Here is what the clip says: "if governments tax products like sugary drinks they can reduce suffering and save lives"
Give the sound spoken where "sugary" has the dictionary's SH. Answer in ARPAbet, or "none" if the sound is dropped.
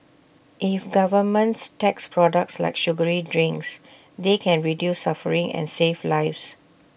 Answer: SH